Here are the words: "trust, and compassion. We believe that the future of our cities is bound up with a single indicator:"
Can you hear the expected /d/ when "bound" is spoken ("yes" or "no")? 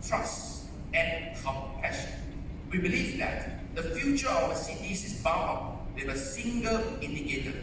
no